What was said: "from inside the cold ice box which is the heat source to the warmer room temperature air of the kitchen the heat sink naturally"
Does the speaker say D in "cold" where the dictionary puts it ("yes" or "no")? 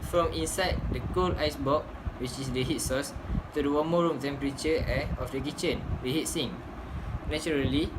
no